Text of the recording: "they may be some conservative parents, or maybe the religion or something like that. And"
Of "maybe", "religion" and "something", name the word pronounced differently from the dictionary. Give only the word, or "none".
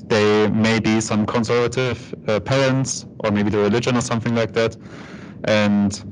none